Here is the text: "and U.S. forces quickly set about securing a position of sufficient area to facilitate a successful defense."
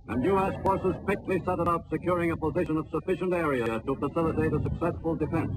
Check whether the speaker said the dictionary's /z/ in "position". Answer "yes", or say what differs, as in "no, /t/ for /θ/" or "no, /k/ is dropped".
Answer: yes